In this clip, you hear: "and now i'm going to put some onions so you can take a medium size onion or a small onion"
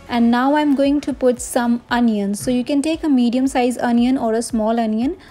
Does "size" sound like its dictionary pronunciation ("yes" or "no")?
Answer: yes